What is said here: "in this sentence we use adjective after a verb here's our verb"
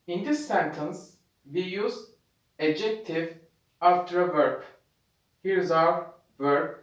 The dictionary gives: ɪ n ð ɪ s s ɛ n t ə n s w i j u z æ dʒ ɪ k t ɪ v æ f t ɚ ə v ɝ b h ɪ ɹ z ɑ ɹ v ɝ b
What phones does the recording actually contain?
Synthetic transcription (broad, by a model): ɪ n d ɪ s s ɛ n t ə n s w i j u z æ dʒ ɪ k t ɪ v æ f t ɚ ə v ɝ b h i ɹ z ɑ w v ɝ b